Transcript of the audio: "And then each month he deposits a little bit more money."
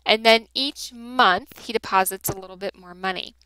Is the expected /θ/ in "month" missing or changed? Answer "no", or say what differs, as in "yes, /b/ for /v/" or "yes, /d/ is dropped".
no